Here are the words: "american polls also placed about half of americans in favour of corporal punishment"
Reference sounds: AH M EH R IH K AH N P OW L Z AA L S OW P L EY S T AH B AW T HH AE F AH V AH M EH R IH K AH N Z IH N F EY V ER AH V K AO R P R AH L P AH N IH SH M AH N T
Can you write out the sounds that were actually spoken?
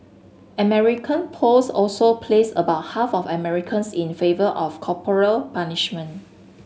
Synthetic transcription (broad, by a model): AH M EH R IH K AH N P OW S AA L S OW P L EY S AH B AW T HH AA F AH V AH M EH R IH K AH N S IH N F EY V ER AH F K AO P R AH L P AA N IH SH M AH N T